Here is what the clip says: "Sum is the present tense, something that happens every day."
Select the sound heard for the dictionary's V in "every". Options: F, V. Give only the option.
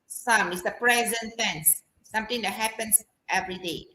V